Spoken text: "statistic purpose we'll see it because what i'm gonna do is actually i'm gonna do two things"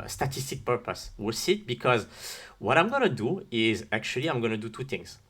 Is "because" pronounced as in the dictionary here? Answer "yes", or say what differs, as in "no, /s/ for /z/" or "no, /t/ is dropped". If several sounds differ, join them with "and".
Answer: yes